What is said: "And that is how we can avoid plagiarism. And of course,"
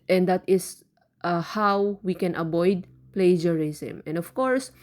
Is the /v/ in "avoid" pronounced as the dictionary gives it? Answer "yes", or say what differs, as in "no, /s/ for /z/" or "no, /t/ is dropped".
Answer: no, /b/ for /v/